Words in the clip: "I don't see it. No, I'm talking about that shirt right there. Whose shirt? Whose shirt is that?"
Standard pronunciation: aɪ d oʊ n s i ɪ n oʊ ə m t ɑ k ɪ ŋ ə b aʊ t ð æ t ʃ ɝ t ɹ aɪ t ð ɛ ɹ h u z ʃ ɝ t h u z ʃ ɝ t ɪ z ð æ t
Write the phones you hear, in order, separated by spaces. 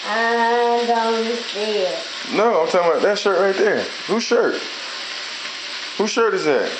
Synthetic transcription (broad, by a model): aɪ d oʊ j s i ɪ n oʊ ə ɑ ɪ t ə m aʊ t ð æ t ʃ ɝ t ɹ aɪ t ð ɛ ɹ h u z ʃ ɝ t h u ʃ ɝ t ɪ z ð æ t